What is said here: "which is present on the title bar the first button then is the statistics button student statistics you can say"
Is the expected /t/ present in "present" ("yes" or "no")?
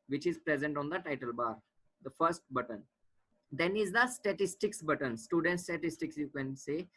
yes